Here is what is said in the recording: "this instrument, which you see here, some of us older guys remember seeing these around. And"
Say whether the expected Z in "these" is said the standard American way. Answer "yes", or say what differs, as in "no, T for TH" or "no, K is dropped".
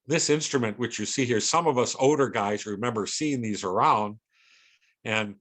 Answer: yes